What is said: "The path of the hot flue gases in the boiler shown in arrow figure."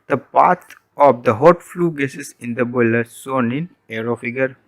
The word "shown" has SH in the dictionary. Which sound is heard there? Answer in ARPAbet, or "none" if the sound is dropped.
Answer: S